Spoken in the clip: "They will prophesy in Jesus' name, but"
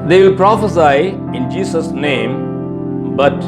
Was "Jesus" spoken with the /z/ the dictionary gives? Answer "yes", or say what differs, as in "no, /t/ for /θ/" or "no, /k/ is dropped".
no, /s/ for /z/